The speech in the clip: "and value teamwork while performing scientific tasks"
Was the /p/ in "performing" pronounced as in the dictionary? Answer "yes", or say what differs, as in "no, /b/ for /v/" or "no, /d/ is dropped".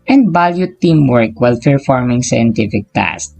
no, /f/ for /p/